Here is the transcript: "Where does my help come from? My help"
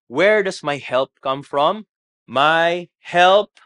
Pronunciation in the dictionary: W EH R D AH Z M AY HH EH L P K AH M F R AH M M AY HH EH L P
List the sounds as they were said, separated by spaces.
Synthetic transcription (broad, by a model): W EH R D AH S M AY HH EH L P K AH M F R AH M M AY HH EH L P